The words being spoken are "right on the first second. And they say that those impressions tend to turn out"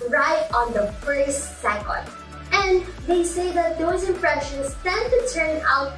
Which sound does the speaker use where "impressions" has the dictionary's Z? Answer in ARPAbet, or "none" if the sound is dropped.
S